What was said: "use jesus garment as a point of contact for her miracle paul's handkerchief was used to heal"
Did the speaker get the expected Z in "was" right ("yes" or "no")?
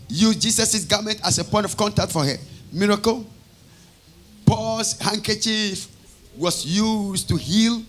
no